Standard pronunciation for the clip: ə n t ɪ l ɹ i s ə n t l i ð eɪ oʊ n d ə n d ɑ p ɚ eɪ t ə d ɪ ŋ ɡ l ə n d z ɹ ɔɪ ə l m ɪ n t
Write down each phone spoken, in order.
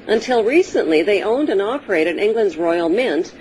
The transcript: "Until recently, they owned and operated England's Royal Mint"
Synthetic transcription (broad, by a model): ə n t ɪ l ɹ i s ə n t l i ð eɪ oʊ n d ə n ɑ p ɚ eɪ t ə d ɪ ŋ ɡ l ə n d z ɹ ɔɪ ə l m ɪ n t